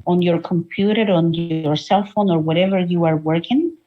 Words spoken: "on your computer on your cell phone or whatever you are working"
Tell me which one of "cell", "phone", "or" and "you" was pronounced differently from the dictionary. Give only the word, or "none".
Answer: none